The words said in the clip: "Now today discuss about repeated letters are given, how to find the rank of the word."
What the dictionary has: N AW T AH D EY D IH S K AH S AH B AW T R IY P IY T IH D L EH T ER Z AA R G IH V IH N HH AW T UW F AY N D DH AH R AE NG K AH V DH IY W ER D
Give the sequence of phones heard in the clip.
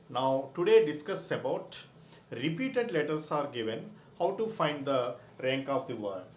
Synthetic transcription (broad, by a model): N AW T AH D EY D IH S K AH S AH B AW T R IY P IY T IH D L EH T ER S AA R G IH V IH N HH AW T UW F AY N D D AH R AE NG K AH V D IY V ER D